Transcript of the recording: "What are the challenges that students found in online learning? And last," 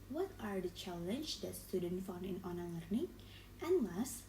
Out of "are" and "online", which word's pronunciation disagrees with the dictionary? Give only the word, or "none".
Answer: online